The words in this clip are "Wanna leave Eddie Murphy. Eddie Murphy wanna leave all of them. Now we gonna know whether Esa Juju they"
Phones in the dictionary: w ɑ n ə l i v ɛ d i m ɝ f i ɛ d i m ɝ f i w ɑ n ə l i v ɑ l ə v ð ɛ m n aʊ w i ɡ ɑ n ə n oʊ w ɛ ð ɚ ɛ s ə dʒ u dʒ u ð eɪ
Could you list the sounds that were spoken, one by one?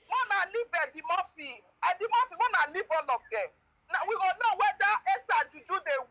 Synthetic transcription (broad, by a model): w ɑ n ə l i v ɛ d i m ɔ f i ɛ d i m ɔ f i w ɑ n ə l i b ɑ l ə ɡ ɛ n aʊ w i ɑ l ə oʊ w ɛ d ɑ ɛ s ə dʒ u dʒ u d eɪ